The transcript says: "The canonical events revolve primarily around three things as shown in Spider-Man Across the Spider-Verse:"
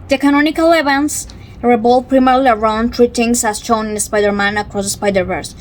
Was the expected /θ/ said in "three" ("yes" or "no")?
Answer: no